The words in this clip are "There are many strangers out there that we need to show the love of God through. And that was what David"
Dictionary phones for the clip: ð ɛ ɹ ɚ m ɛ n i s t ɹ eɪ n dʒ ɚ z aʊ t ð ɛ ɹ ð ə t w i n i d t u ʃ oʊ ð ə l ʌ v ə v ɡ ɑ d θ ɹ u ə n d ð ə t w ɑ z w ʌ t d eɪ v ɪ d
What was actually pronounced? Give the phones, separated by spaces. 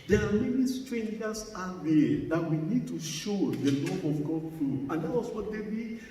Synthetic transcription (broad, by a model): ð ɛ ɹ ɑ m ɛ n i s t ɹ eɪ n dʒ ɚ s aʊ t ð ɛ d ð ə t w i n i d t u ʃ oʊ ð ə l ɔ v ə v ɡ ɑ d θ ɹ u ə n d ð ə t w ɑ s w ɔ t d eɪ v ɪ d